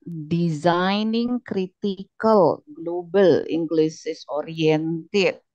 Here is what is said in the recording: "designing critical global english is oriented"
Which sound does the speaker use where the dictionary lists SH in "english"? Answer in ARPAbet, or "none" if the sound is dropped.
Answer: S